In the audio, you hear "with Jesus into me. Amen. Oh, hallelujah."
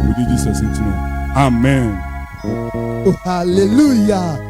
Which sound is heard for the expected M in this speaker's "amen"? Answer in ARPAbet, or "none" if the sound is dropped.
M